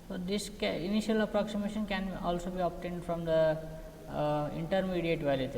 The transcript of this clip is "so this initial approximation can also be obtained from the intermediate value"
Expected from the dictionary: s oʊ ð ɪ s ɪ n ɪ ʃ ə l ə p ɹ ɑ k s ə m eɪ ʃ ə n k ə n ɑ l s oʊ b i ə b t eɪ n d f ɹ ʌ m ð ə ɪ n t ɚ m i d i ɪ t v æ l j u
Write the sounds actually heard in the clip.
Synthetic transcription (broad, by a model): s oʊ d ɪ s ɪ n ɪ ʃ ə l ə p ɹ ɑ k s ə m eɪ ʃ ə n k ə n ɑ l s oʊ b i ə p t eɪ n d f ɹ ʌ m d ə ɪ n t ɚ m i d i ɪ t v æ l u